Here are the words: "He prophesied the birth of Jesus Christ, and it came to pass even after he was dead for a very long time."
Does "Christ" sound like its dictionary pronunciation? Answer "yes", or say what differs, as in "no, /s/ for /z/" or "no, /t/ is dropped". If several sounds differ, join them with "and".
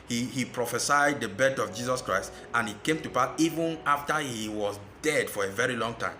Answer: yes